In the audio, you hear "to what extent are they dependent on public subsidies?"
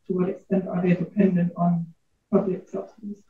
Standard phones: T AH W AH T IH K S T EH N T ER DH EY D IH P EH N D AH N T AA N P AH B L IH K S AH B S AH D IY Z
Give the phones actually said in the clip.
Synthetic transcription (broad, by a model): T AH W AH T IH K S T EH N T ER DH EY D IH P EH N D AH N T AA N P AH B L IH K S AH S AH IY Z